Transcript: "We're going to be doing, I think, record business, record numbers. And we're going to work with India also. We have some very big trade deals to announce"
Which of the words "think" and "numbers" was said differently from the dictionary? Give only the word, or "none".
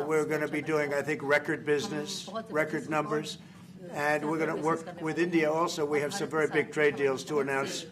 none